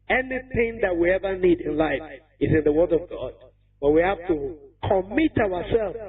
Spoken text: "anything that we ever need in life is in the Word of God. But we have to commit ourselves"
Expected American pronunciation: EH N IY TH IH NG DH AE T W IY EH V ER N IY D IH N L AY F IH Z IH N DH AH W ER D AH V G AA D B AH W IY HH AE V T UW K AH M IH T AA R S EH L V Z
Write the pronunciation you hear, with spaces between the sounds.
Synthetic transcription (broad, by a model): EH N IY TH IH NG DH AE T W IY EH V ER N IY D IH N L AY F IH Z IH N DH AH W ER D AH V G AA D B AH W IY HH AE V T UW K AH M IH T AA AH S EH L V